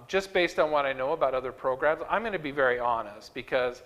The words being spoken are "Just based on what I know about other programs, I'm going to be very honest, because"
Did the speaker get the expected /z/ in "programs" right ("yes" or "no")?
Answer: yes